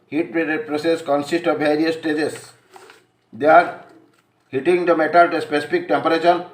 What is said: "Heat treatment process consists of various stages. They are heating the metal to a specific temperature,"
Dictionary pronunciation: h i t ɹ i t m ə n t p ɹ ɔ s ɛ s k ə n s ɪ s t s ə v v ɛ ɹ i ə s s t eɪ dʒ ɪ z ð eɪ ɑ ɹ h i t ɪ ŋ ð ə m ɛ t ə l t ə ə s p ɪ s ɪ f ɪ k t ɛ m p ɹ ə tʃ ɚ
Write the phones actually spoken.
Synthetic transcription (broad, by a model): h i t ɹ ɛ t ə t p ɹ ɔ s ɛ s k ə n s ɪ s t ə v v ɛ ɹ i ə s s t eɪ dʒ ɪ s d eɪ ɑ ɹ h i t ɪ ŋ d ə m ɛ t ə l t ə s p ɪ s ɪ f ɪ k t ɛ m p ɹ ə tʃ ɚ